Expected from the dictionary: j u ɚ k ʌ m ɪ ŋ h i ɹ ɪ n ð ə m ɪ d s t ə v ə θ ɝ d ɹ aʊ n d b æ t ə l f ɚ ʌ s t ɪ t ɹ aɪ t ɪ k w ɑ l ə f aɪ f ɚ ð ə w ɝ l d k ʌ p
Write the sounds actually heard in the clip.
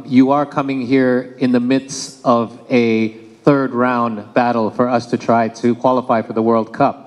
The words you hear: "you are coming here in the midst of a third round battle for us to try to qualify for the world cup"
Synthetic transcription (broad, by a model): j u ɚ k ʌ m ɪ ŋ h i ɹ ɪ n ð ə m ɪ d s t ə v ə θ ɝ d ɹ aʊ n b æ t l f ɚ ʌ s t ɪ t ɹ aɪ t ɪ k w ɑ l ə f aɪ f ɚ ð ə w ɝ l d k ʌ p